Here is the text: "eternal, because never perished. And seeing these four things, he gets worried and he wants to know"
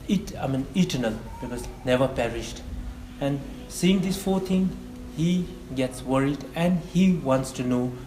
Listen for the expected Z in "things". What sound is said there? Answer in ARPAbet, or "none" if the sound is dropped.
none